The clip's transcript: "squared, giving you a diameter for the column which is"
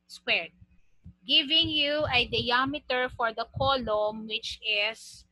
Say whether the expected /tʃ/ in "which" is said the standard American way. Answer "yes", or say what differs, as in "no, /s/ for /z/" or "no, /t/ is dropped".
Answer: yes